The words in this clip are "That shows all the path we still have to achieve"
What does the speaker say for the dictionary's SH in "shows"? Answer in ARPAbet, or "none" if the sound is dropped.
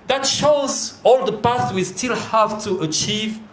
SH